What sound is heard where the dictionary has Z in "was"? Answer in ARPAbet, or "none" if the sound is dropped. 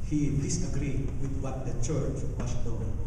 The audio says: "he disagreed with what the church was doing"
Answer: S